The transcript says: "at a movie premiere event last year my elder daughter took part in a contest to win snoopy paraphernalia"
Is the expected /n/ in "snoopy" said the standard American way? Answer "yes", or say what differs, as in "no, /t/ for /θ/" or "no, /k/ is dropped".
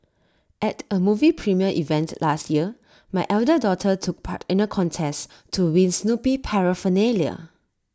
yes